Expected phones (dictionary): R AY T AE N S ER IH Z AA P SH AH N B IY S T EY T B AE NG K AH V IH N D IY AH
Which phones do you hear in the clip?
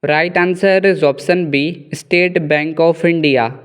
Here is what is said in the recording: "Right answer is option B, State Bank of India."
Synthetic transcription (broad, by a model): R AY T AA N S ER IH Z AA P S AH N B IY S T EY T B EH NG K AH F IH N D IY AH